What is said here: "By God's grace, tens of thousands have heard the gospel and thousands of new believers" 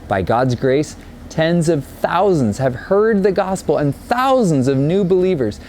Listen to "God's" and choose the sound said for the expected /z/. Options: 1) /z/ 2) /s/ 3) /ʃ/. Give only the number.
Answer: 1